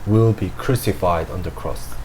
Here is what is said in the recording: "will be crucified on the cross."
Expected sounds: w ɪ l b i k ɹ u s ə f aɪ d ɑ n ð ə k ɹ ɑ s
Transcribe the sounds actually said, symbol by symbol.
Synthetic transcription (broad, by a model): w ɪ l b i k ɹ u s ə f aɪ d ɑ n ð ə k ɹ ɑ s